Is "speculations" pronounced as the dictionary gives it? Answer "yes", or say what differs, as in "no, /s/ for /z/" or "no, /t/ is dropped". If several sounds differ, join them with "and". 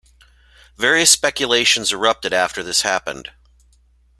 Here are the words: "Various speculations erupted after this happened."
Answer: yes